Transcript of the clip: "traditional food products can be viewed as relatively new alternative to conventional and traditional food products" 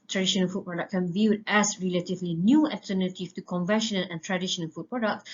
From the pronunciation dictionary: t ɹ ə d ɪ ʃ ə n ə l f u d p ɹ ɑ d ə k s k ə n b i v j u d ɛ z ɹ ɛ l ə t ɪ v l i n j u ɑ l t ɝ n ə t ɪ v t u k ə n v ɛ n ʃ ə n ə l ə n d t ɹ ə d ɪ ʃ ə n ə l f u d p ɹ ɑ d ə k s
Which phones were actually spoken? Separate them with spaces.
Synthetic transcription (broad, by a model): t ɹ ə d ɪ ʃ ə n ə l f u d p ɹ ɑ d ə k k ə n v j u d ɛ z ɹ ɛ l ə t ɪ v l i n j u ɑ l t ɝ n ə t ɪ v t u k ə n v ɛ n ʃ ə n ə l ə n t ɹ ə d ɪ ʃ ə n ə l f u d p ɹ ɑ d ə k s